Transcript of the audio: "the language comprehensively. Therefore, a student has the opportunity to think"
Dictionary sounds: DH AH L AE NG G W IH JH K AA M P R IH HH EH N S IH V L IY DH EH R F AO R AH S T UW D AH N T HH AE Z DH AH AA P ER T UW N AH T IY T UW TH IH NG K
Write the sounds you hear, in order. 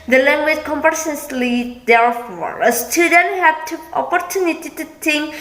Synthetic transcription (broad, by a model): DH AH L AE NG G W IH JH K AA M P IH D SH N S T L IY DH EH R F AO R AH S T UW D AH N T HH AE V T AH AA P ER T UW N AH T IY T UW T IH NG K